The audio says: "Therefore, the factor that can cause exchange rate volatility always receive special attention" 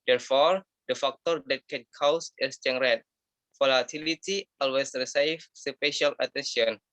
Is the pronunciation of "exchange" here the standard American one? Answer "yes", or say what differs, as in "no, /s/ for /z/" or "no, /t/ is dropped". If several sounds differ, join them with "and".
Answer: no, /k/ is dropped